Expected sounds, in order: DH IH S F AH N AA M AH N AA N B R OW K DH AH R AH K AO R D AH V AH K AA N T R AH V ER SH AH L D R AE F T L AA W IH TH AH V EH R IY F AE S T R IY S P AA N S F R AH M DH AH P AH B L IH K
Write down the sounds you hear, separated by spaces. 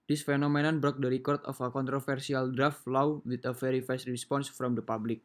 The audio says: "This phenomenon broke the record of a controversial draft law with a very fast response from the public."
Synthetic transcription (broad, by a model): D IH S F AH N AA M AH N AA N B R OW K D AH R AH K AO R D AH F AH K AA N T R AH F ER S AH L D R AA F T L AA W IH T AH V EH R IY F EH S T R IY S P AA N S F R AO M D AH P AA B L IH K